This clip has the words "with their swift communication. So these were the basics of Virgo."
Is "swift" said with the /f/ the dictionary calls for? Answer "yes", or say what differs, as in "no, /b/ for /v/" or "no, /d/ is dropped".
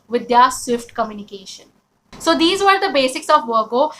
yes